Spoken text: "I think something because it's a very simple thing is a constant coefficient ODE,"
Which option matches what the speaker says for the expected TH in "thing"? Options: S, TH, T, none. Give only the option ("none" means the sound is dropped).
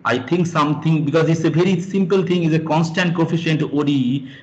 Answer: T